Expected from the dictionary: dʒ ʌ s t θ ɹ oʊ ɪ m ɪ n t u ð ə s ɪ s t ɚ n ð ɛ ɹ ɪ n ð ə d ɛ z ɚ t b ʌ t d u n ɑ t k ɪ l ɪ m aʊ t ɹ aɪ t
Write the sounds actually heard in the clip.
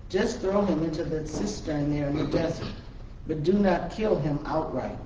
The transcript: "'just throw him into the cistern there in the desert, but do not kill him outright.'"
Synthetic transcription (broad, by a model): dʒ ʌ s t θ ɹ oʊ ɪ m ɪ n t u ð ə s ɪ s t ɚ n ð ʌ ɹ ɪ n ð ə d ɛ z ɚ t b ʌ t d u n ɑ t k ɪ l ɪ m aʊ t ɹ aɪ t